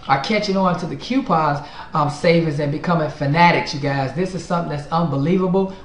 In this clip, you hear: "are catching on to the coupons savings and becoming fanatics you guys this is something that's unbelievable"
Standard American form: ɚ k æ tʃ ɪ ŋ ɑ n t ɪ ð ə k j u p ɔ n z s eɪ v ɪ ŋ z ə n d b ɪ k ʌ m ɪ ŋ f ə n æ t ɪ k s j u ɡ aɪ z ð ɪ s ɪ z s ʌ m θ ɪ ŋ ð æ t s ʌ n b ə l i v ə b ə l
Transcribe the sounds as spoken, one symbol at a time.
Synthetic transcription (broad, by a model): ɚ k æ tʃ ɪ ŋ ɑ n t ɪ ð ə k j u p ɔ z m s eɪ v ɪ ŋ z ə n b ɪ k ʌ m ɪ ŋ f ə n æ t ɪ k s j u ɡ aɪ z ð ɪ s ɪ z s ʌ m θ ɪ ŋ ð æ t s ʌ n b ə l i v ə b l